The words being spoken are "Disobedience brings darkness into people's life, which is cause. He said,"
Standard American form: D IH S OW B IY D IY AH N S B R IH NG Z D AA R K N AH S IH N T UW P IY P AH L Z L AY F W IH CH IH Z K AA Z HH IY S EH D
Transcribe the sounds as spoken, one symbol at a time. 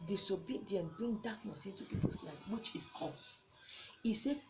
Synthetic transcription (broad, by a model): D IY S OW B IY D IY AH N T B R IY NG D AA K N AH S IH N T UW P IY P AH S L AY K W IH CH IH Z K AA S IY S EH